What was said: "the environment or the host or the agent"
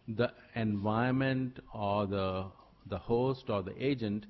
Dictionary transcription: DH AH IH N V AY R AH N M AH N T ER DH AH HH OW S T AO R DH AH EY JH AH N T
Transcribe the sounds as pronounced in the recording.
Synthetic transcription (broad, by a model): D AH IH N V AY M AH N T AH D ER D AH HH OW S T AO R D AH EY JH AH N T